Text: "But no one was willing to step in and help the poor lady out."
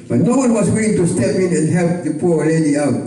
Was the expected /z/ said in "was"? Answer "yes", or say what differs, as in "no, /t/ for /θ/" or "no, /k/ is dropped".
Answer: no, /s/ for /z/